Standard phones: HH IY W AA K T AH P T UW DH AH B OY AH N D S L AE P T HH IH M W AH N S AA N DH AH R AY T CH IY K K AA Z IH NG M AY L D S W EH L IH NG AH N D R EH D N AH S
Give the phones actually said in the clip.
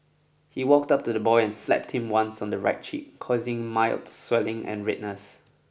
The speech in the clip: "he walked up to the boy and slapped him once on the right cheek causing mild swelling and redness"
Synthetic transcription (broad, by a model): HH IY W AA K T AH P T UW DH AH B OY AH N S L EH P T HH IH M W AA N S AA N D AH R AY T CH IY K K AA Z IH NG M AY L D S W EH L IH NG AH N R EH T N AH S